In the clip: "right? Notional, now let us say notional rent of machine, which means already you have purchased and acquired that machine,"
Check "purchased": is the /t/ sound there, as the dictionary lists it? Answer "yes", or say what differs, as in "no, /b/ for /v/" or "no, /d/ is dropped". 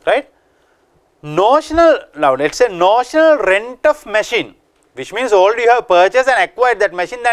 no, /t/ is dropped